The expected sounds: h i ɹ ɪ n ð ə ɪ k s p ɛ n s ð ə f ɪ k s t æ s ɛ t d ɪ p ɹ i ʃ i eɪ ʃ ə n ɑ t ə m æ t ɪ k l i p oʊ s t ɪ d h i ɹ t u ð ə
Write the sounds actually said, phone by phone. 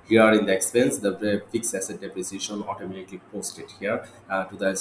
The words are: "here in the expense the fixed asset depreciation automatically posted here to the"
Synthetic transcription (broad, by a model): h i ɹ ɪ n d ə ɪ k s p ɛ n s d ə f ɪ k s æ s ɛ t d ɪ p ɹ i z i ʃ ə n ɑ t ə m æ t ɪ k l i p oʊ s t ɪ d h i ɹ t u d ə